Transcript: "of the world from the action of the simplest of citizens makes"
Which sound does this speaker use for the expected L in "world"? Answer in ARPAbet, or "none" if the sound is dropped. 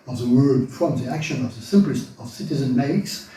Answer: none